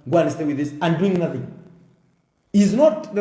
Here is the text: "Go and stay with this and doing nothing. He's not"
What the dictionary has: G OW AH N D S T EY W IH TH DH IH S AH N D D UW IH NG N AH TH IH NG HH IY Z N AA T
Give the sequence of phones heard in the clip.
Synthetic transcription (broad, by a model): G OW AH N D S T EY W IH DH IH S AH N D D UW IH NG N AH TH IH NG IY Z N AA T